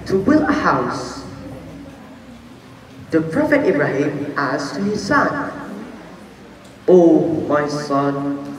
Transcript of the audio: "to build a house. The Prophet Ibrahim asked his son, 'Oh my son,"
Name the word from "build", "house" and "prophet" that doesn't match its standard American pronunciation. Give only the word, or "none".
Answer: build